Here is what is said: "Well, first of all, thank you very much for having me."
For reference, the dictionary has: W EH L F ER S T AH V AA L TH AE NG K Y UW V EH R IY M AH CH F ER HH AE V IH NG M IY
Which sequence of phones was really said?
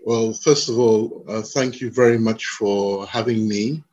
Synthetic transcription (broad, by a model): W EH L F ER S T AH V AA L TH AE NG K Y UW V EH R IY M AH CH F ER HH AE V IH NG M IY